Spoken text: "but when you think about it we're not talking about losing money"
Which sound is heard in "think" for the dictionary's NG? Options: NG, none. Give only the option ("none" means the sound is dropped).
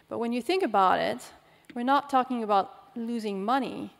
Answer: NG